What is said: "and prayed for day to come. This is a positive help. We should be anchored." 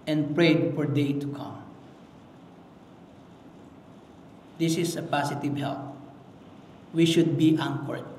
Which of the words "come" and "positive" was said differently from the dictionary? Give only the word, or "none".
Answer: positive